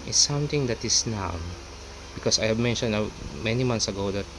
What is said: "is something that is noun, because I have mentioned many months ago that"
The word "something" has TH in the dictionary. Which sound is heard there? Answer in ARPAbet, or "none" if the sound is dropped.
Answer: T